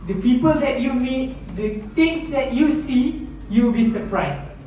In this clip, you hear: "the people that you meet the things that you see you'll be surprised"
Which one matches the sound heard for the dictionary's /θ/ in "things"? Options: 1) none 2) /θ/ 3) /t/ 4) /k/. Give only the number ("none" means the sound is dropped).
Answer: 3